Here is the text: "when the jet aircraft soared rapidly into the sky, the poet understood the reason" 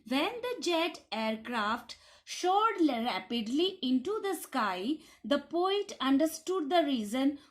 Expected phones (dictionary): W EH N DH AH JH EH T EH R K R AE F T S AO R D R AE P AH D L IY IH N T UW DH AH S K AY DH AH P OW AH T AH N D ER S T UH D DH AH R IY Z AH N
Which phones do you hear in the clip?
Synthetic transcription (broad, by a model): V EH N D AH JH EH T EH R K R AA F T SH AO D R AE P AH D L IY IH N T UW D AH S K AY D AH P OW AH T AH N D ER S T UH D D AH R IY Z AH N